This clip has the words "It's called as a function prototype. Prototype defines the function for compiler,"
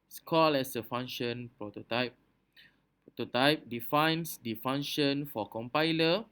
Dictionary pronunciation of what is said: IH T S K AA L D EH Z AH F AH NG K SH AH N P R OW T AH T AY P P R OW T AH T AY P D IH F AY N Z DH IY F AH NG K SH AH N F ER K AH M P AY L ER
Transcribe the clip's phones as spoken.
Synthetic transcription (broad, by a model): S K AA L EH S AH F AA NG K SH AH N P R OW T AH T AY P P R OW T AH T AY P D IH F AY N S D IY F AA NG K SH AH N F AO K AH M P AY L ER